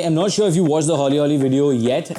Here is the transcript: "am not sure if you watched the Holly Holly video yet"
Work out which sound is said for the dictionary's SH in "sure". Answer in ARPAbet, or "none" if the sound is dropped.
SH